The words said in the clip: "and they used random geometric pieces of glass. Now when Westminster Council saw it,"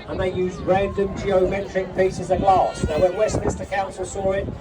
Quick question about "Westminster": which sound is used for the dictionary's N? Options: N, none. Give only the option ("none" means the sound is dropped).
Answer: none